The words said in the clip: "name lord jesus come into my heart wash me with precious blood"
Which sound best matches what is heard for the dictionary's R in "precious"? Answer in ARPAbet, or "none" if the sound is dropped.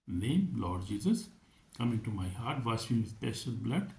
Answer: none